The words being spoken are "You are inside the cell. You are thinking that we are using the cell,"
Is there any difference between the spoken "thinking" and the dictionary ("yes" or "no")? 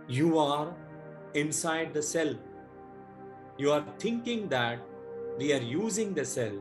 yes